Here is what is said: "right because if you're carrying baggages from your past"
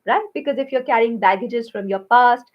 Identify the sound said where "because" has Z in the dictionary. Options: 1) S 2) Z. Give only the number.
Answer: 2